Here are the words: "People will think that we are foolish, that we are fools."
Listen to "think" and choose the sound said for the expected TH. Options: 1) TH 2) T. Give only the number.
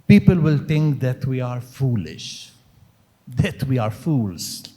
2